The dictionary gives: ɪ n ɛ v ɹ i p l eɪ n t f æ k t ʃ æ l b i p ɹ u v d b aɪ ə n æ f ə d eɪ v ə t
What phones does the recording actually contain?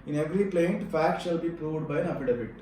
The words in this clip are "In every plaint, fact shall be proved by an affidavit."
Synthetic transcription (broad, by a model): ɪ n ɛ v ɹ i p l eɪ n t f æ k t ʃ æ l b i p ɹ u v d b aɪ ə n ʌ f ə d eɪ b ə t